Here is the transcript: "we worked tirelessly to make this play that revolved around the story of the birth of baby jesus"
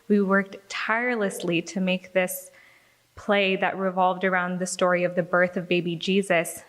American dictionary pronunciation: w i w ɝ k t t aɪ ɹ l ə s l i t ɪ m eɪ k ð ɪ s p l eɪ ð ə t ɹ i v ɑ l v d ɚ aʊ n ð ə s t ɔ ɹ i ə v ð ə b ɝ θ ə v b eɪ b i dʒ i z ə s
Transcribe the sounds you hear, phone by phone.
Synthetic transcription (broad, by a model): w i w ɝ k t t aɪ ɹ l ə s l i t ɪ m eɪ k ð ɪ s p l eɪ ð ə t ɹ i v ɑ l v d ɚ aʊ n ð ə s t ɔ ɹ i ə v ð ə b ɝ θ ə v b eɪ b i dʒ i z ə s